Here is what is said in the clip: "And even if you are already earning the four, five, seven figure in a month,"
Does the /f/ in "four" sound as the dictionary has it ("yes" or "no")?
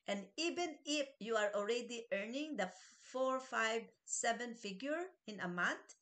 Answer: yes